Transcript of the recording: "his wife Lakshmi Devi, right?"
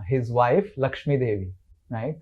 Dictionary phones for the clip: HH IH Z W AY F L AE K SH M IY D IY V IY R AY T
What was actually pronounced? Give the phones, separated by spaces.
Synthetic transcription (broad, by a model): HH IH Z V AY F L AE K SH M IY D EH V IY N AY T